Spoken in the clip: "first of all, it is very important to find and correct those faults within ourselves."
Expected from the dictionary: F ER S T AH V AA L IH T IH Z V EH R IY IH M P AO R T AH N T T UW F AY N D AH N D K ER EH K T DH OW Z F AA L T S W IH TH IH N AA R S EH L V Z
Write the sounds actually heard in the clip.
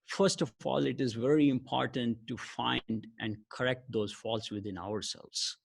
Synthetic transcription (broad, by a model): F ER S T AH AA L IH T IH Z V EH R IY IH M P AO R T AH N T T UW F AY N D AH N D K ER EH K T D OW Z F AA L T S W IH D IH N AA R S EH L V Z